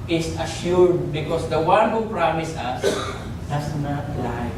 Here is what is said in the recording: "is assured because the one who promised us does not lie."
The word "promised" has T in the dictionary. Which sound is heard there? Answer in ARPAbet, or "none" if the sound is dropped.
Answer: none